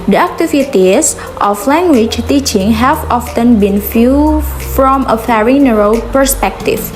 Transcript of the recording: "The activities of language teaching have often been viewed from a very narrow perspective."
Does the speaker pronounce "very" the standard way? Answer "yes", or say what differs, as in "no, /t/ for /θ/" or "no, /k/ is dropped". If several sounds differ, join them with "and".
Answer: no, /p/ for /v/